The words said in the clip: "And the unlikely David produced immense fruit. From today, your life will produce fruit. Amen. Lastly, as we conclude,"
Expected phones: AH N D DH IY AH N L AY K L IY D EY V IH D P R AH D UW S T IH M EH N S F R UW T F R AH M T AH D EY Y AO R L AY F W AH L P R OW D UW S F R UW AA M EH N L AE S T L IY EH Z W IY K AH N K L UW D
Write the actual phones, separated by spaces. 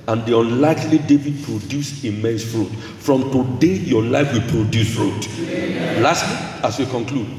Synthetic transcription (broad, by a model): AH N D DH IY AH N L AY K L IY D EY V IH D P R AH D UW S IH M EH N S F R UW T F R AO M T AH D EY Y AO L AY F W AH L P R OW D UW S F R UW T L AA S T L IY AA S W IY K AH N K L UW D